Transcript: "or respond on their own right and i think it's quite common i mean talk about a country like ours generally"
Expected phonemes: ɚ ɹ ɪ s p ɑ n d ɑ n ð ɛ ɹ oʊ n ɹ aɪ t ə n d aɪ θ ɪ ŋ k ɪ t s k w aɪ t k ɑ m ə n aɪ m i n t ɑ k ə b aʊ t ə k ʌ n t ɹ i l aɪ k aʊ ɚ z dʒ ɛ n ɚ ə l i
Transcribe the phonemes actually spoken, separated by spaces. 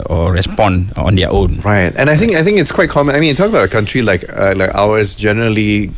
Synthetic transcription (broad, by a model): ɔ ɹ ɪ s p ɑ n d ɑ n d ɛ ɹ oʊ n ɹ aɪ t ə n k aɪ θ ɪ ŋ k ɪ t s k w aɪ t k ɑ m ə n aɪ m i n t ɑ k ə b aʊ t ə k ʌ n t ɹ i l aɪ k aʊ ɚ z dʒ ɛ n ɚ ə l i